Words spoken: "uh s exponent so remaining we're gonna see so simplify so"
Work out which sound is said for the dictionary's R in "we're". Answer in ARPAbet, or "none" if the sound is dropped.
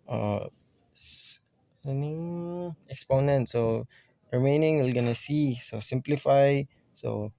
L